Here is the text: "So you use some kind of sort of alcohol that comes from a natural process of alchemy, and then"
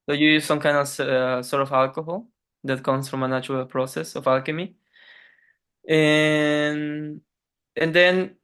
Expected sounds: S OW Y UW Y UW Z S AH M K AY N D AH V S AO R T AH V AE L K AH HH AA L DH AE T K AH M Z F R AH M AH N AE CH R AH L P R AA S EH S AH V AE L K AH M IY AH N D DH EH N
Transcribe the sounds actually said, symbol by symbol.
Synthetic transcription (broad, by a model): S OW Y UW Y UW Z S AH M K AY N D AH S S AO R T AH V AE L K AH HH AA L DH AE T K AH M S F R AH M AH N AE CH R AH L P R AA S EH S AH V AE L K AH M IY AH N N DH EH N